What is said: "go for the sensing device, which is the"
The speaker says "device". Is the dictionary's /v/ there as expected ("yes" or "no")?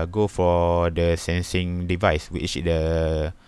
yes